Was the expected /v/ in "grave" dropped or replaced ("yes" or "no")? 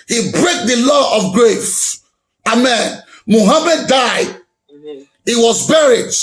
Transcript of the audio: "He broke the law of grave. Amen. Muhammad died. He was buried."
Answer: yes